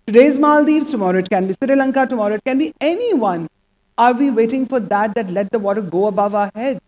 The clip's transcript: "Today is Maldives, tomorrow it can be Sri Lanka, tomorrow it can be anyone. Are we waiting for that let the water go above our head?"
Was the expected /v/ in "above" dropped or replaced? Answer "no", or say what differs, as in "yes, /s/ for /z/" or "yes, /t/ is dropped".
no